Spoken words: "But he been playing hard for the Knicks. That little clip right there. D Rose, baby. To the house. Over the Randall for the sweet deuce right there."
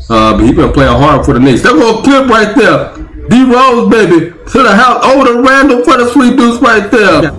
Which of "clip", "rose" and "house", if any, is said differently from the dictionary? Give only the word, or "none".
clip